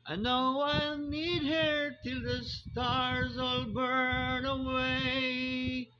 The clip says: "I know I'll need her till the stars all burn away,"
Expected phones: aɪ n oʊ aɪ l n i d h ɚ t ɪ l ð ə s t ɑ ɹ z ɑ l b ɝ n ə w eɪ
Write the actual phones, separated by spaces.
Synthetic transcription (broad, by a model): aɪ n oʊ aɪ l n i d h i t ɪ l ð ə s t ɑ ɹ z ɑ l b ɝ n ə w eɪ